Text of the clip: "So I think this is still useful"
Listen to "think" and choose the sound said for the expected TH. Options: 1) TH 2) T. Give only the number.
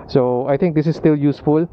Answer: 2